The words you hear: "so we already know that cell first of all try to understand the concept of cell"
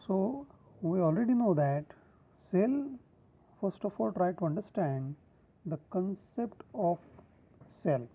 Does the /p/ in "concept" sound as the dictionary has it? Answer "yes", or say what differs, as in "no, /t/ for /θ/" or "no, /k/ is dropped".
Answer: yes